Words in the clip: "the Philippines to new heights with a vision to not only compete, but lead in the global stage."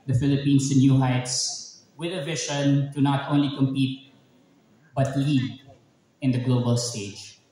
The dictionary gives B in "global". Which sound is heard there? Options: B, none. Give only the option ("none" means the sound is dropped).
B